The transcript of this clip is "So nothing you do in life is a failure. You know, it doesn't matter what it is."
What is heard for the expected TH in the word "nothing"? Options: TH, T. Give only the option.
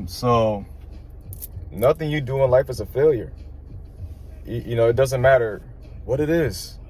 TH